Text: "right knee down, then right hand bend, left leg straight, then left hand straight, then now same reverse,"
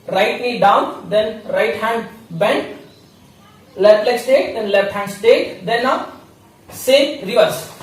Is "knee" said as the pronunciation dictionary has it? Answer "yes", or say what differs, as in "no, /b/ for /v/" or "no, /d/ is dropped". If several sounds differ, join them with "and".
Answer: no, /l/ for /n/